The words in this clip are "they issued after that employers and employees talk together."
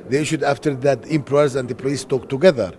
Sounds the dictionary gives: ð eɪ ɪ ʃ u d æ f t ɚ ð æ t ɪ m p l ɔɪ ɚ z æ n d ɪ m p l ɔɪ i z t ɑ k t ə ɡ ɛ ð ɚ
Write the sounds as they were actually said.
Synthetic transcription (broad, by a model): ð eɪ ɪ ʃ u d æ f t ɚ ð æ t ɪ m p ɔɪ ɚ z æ n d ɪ p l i s t ɑ k t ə ɡ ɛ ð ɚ